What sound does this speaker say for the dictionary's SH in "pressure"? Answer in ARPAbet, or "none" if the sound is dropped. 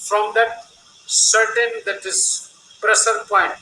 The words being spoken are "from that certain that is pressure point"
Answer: S